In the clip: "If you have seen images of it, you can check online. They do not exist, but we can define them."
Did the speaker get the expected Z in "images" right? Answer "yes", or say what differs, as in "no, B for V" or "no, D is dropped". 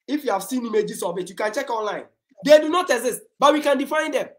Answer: no, S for Z